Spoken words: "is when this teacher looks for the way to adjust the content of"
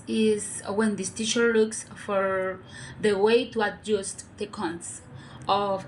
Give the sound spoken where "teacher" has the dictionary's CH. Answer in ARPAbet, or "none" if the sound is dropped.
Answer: SH